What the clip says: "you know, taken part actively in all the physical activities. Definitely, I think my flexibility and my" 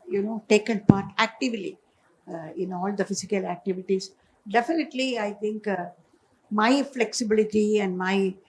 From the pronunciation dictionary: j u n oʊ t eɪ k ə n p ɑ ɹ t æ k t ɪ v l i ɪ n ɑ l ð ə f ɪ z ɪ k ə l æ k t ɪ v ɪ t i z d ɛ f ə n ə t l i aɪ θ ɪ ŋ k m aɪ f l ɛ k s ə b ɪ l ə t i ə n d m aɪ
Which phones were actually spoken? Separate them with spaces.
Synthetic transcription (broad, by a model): j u n oʊ t eɪ k ə n p ɑ ɹ t æ k t ɪ v l i ɪ n ɑ l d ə f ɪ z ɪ k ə l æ k t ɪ v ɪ t i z d ɛ f ə n ə t l i aɪ t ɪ ŋ k m aɪ f l ɛ k s ə b ɪ l ə t i ə n d m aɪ